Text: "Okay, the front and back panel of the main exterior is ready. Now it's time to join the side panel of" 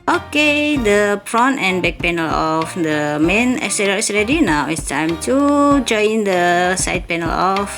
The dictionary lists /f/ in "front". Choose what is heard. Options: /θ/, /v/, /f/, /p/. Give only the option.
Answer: /p/